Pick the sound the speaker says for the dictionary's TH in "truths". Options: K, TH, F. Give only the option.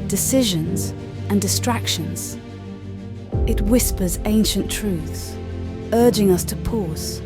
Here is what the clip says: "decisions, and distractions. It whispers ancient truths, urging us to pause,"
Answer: TH